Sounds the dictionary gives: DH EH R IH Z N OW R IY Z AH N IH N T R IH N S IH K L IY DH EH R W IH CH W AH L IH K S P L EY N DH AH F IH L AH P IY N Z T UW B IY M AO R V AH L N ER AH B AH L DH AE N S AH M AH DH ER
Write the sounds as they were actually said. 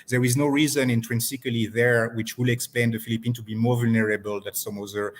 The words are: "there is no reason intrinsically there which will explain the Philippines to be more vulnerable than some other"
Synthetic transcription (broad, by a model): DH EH R IH Z N OW R IY Z AH N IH N T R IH N S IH K L IY DH EH R W IH CH W AH L IH K S P L EY N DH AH F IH L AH P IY N T UW B IY M AO R V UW L N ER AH B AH L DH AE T S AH M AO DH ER